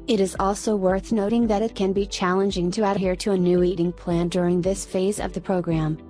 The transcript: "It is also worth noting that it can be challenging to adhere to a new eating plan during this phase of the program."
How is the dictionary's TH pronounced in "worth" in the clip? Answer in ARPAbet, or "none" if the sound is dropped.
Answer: TH